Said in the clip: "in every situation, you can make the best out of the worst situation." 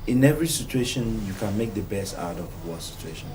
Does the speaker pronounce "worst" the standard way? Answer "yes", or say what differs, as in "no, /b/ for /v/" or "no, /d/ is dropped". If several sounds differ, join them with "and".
no, /s/ is dropped